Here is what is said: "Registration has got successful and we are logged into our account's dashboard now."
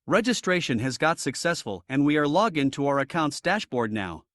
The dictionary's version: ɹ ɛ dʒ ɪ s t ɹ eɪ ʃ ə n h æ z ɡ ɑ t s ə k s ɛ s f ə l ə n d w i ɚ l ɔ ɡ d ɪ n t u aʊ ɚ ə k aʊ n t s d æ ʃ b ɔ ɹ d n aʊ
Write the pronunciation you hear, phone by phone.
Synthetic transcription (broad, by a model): ɹ ɛ dʒ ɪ s t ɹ eɪ ʃ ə n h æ z ɡ ɑ t s ə k s ɛ s f ə l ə n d w i ɚ l ɔ ɡ ɪ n t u aʊ ɚ ə k aʊ n t s d æ ʃ b ɔ ɹ d n aʊ